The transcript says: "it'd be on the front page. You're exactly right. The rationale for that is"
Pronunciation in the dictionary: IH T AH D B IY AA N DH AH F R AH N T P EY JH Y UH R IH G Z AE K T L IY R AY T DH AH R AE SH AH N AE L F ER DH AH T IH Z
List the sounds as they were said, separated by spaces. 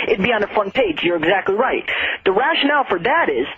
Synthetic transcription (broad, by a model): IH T B IY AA N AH F R AH N P EY JH Y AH R IH G Z AE K T L IY R AY T DH AH R AE SH AH N AE L F ER DH AH T IH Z